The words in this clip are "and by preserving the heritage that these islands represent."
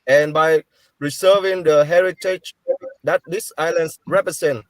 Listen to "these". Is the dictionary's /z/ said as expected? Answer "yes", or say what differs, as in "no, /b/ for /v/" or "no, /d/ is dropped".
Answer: no, /s/ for /z/